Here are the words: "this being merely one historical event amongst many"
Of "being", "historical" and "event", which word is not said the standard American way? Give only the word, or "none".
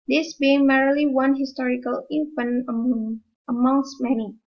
event